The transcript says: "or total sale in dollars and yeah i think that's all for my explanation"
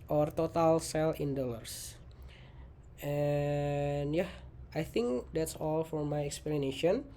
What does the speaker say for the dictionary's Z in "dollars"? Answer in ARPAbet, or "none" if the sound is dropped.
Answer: S